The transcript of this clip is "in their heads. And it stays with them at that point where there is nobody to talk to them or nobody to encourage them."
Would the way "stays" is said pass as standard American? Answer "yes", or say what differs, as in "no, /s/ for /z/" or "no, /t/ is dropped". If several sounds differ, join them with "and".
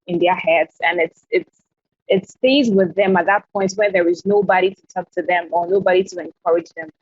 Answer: yes